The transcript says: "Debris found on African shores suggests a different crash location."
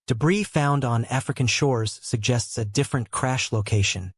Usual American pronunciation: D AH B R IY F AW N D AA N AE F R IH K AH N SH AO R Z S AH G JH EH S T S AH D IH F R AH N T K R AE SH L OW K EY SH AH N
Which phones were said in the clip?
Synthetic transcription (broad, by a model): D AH B R IY F AW N D N AE F R IH K AH N SH AO R Z S AH G JH EH S T S AH D IH F R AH N K R AE SH L OW K EY SH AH N